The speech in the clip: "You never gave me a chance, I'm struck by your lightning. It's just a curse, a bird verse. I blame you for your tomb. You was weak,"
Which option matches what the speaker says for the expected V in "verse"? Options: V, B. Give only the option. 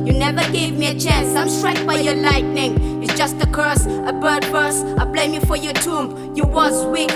B